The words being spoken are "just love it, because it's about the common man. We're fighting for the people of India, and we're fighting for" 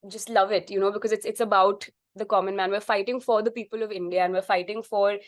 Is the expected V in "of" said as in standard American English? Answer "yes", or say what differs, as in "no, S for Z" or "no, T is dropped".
yes